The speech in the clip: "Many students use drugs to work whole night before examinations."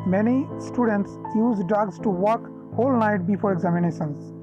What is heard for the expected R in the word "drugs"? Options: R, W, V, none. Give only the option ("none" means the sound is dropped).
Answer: none